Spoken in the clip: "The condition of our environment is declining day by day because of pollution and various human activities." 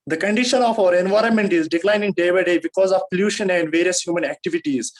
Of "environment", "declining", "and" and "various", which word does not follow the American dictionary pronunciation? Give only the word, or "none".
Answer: none